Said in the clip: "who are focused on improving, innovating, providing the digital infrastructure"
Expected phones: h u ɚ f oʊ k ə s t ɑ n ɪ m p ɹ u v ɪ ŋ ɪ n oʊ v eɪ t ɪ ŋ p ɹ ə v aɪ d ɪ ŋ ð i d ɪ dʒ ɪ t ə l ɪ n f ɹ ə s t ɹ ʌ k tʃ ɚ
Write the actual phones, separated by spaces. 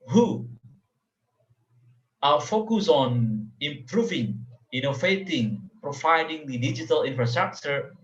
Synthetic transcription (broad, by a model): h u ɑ f oʊ k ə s ɑ n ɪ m p ɹ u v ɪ ŋ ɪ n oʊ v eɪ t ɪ ŋ p ɹ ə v aɪ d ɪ ŋ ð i d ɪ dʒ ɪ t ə l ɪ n f ɹ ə s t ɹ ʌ k tʃ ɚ